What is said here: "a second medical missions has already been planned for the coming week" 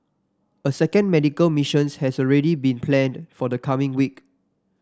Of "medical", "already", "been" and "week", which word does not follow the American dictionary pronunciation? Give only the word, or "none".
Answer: none